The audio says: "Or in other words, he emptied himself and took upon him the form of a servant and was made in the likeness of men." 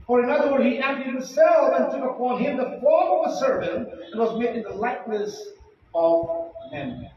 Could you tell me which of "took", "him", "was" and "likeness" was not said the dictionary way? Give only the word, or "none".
none